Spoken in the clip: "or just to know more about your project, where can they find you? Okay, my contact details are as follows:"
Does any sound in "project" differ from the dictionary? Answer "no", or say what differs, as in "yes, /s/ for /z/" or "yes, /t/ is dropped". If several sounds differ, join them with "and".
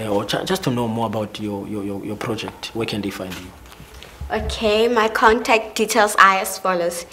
no